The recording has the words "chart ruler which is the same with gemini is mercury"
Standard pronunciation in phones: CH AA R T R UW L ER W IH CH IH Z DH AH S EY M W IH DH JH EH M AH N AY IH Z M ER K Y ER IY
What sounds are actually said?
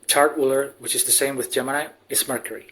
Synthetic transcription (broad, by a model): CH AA R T W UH L ER W IH CH IH Z DH AH S EY M W IH DH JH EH M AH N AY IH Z M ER K Y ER IY